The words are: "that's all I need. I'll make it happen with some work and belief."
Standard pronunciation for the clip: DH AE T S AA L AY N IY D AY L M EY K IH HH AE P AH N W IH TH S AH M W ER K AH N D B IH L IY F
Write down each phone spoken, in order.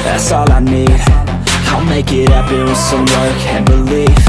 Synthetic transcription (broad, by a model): DH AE T S AA L AY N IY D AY N M EY K IH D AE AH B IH S AH M W ER K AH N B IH L IY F